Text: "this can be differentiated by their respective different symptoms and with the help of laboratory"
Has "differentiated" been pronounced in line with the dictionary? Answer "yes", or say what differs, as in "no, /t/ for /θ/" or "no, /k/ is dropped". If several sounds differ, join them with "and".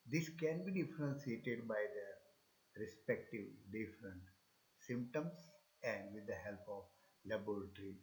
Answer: no, /s/ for /ʃ/